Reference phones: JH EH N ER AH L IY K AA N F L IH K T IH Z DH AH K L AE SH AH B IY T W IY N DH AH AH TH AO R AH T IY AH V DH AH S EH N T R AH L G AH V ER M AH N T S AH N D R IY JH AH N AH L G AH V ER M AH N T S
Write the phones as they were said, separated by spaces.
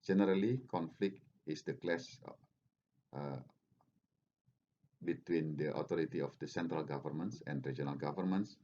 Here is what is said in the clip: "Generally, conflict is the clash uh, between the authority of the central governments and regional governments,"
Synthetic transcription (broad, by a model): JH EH N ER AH L IY K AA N F L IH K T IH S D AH K L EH S AH B IY T W IY N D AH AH T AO R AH T IY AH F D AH S EH N T R AH L G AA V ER M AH N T S AH N D R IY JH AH N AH L G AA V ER M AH N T S